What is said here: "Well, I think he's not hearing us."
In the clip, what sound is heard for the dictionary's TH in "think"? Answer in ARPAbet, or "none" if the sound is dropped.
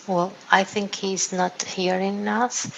TH